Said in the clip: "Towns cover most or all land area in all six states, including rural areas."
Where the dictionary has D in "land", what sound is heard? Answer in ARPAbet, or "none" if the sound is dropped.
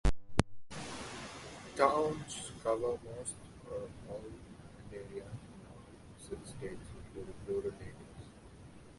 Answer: none